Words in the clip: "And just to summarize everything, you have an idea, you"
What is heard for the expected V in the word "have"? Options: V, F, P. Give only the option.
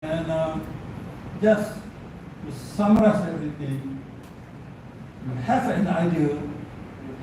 F